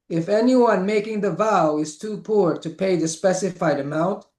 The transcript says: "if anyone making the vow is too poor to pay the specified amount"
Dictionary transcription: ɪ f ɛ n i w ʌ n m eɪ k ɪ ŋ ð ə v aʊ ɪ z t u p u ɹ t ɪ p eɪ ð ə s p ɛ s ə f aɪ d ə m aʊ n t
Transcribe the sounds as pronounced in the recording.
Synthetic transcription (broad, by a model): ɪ f ɛ n i w ʌ n m eɪ k ɪ ŋ ð ə v aʊ ɪ z t u p u ɹ t ɪ p eɪ ð ə s p ɛ s ə f aɪ d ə m aʊ n t